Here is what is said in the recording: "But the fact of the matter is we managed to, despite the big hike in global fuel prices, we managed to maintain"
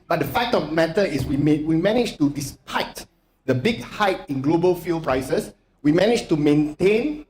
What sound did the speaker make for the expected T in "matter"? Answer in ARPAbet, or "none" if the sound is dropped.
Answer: S